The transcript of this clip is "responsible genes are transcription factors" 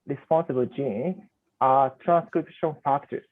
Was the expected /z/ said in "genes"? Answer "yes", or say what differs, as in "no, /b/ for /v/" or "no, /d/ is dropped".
no, /z/ is dropped